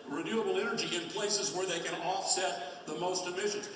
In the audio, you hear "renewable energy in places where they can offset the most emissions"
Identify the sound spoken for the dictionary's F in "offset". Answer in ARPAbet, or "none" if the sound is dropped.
F